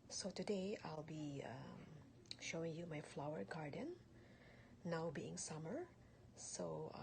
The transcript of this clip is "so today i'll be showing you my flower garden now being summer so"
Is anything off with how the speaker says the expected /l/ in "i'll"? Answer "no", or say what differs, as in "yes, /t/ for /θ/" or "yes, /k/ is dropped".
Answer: no